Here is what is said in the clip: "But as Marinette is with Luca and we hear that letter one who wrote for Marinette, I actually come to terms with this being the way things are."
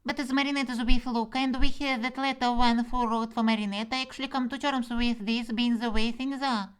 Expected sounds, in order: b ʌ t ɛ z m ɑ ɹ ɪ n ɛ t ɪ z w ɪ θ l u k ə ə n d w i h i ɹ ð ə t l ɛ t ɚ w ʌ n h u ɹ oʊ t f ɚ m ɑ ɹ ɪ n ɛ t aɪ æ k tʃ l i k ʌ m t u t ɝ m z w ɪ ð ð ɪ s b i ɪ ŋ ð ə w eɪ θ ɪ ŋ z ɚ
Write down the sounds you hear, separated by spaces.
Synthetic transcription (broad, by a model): b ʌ t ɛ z m ɑ ɹ ɪ n ɛ t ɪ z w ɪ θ l u k ə ə n d w i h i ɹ ð ə t l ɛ t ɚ w ʌ n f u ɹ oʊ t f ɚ m ɑ ɹ ɪ n ɛ t aɪ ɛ k ʃ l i k ʌ m t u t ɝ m s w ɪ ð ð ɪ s b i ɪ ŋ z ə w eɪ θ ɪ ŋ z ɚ